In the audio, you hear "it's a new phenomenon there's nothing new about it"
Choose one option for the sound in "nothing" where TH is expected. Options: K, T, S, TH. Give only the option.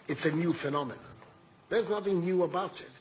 TH